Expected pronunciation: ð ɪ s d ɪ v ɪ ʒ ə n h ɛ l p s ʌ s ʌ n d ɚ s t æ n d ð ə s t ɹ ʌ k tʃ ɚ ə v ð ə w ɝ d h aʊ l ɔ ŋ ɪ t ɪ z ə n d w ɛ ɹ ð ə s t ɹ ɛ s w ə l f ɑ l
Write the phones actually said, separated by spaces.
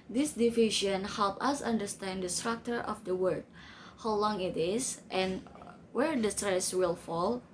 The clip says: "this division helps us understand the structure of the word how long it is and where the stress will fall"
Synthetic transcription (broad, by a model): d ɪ s d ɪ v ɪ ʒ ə n h ɛ l p ʌ s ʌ n d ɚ s t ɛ n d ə s t ɹ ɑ k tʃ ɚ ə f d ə w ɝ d h aʊ l ɔ ŋ ɪ t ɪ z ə n w ɛ ɹ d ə s t ɹ ɛ s w ə l f ɑ l